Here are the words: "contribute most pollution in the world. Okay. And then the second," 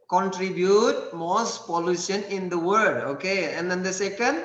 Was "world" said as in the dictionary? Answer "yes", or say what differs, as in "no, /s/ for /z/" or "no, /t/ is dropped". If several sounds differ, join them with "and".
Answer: no, /l/ is dropped